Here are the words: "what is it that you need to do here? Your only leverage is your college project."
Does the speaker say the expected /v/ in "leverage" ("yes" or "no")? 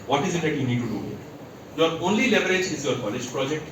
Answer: no